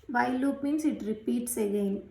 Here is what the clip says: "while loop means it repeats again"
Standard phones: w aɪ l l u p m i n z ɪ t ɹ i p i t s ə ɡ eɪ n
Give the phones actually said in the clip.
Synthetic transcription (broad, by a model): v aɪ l l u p m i n s ɪ t ɹ i p i t s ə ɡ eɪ n